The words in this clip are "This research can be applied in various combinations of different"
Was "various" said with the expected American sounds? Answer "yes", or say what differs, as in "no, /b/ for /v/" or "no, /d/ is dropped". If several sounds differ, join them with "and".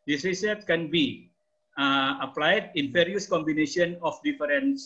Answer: no, /f/ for /v/